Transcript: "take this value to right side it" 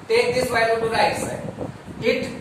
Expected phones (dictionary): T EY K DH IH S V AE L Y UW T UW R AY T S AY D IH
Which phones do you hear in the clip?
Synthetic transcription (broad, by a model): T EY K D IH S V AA Y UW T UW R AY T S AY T